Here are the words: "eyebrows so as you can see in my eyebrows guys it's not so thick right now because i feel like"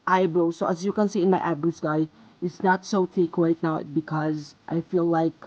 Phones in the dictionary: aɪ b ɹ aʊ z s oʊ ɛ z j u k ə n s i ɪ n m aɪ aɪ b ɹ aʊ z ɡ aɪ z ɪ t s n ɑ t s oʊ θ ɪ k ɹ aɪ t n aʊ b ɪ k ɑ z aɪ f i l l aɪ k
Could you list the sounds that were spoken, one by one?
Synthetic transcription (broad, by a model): aɪ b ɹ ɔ s oʊ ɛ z j u k ə n s i ɪ n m aɪ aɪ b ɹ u s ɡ aɪ ɪ t s n ɑ t s oʊ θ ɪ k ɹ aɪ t n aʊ b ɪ k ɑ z aɪ f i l l aɪ k